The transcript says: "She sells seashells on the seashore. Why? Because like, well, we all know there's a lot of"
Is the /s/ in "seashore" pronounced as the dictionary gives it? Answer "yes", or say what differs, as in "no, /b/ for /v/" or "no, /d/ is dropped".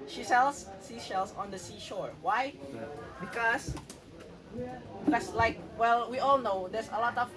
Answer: yes